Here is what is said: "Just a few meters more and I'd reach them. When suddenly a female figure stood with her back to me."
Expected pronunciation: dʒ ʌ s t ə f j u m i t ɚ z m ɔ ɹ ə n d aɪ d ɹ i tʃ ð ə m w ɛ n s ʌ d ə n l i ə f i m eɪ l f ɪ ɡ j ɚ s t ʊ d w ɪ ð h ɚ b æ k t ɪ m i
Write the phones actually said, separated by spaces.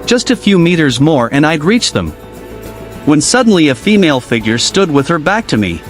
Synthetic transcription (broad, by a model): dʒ ʌ s t ə f j u m i t ɚ z m ɔ ɹ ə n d aɪ d ɹ i tʃ ð ə m w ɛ n s ʌ d n l i ə f i m eɪ l f ɪ ɡ j ɚ s t ʊ d w ɪ ð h ɚ b æ k t ɪ m i